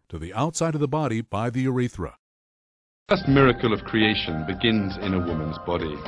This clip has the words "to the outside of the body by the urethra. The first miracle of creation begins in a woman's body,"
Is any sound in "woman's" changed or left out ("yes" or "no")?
no